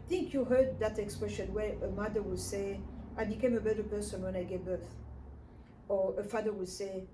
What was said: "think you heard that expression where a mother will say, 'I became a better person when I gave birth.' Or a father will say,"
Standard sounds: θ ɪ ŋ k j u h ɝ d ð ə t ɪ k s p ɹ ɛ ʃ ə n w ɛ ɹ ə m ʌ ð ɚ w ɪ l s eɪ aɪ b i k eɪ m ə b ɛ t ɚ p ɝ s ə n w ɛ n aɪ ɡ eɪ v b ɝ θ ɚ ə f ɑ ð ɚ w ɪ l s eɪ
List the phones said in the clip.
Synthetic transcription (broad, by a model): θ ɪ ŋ k j u h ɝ d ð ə t ɪ k s p ɹ ɛ ʃ ə n w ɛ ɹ ə m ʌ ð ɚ w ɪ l s eɪ aɪ b i k eɪ m ə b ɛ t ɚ p ɝ s ə n w ɛ n aɪ ɡ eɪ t b ɝ θ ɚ ə f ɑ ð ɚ w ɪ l s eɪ